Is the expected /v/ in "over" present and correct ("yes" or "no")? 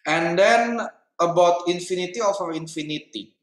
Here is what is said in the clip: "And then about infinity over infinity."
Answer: no